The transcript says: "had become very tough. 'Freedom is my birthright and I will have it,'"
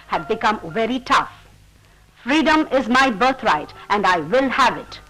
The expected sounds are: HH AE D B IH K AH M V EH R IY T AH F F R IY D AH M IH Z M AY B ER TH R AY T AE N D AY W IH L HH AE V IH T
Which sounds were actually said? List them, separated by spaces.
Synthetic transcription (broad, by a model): HH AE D B IH K AH M V EH R IY T AH F F R IY D AH M IH Z M AY B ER T R AY T AE N D AY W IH L HH AE V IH T